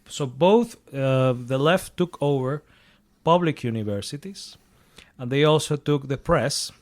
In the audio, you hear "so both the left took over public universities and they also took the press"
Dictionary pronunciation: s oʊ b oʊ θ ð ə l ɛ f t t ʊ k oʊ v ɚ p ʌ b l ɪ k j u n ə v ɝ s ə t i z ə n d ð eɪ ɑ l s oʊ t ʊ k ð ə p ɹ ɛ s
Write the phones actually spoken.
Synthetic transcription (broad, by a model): s oʊ b oʊ θ ð ə l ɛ f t t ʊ k oʊ v ɚ p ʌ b l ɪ k j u n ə v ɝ s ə t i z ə n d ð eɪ ɑ l s oʊ t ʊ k ð ə p ɹ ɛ s